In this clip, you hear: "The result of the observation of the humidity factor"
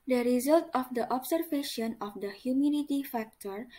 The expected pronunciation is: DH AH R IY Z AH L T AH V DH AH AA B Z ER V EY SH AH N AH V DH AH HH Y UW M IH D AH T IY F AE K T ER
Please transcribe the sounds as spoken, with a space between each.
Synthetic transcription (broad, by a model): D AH R IY Z AH L T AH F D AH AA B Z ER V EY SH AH N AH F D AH HH Y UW M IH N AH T IY F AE K T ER